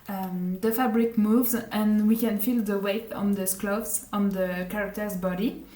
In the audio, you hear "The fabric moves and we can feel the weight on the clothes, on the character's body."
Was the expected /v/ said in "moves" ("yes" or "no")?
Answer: yes